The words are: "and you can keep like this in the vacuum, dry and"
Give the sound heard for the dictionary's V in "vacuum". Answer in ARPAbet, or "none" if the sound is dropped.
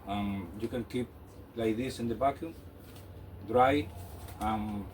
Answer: B